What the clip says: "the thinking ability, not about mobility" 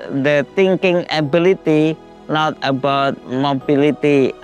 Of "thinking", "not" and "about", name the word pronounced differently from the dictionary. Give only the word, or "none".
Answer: thinking